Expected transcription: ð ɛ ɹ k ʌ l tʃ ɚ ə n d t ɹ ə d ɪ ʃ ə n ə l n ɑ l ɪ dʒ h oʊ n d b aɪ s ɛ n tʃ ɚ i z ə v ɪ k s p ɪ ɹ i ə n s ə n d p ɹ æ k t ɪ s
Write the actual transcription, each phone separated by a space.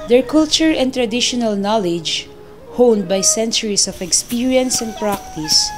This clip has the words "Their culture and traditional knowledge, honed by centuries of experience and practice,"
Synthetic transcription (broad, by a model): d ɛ ɹ k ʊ l tʃ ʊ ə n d t ɹ ə d ɪ ʃ ə n ə l n ɑ l ɪ dʒ h oʊ n d b aɪ s ɛ n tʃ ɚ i s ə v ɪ k s p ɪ ɹ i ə n s ə n d p ɹ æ k t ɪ s